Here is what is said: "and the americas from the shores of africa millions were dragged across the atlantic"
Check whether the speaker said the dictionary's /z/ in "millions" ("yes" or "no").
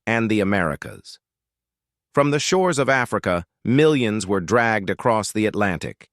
yes